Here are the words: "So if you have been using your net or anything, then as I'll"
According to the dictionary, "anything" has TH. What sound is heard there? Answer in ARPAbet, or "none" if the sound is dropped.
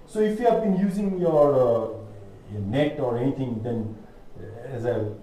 T